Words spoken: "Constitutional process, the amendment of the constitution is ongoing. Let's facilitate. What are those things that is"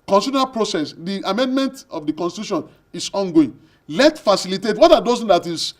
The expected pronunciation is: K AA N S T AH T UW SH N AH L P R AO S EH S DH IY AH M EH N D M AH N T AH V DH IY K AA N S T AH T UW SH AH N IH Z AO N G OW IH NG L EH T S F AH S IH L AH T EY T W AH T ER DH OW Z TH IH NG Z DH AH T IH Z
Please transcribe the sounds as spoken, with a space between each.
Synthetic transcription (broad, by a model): K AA N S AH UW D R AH P R AO S EH S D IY AH M EH N D M AH N T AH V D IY K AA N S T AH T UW SH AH N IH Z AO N G OW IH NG L EH T F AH S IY L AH T EY T W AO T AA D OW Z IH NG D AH T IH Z